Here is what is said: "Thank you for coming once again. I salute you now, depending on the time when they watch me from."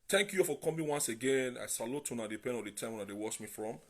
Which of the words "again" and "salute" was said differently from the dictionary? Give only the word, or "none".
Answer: none